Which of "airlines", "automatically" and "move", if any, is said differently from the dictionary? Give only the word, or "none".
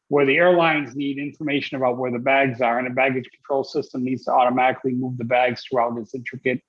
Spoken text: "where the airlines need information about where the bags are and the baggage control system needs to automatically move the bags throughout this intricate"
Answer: none